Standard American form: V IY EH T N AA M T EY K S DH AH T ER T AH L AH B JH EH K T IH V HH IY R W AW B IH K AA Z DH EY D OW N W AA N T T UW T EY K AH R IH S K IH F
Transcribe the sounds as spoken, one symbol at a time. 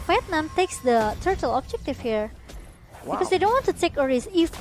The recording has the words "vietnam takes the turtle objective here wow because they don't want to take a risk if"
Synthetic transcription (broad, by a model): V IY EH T N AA M T EY K S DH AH T ER T AH L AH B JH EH K T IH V HH IY R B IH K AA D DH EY D OW N W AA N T T UW T EY K AH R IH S IH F